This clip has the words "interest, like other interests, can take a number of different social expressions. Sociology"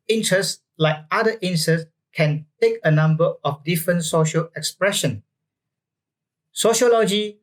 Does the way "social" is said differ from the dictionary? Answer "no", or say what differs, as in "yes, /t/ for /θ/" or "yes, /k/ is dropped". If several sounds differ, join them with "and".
no